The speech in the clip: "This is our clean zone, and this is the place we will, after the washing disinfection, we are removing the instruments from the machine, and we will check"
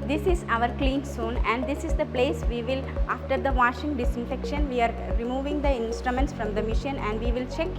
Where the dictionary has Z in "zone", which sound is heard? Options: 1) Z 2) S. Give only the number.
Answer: 2